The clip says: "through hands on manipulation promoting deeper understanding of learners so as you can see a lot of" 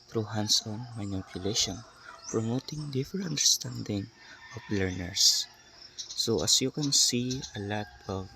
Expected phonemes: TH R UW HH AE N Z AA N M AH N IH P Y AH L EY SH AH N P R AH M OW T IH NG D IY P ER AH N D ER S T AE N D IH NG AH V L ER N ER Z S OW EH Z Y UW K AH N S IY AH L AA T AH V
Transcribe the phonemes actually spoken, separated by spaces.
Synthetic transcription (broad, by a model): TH R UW HH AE N S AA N M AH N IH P Y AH L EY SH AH N P R AH M OW T IH NG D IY F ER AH N D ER S T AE N D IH NG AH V L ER N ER S OW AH S Y UW K AH N S IY AH L AA T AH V